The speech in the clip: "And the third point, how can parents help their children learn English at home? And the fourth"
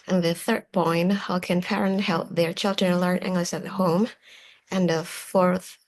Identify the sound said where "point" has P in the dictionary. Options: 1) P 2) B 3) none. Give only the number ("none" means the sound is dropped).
2